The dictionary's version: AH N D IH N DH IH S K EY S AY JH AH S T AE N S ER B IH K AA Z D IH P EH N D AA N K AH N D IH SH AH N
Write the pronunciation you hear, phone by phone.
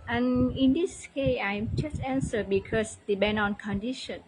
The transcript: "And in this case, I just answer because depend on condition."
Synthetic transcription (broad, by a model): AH N IH N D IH S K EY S AY JH AH S T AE N S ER B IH K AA S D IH B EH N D AA N K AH N D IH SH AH N